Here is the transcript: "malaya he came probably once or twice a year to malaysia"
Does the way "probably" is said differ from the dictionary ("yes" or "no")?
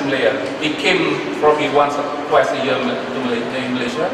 yes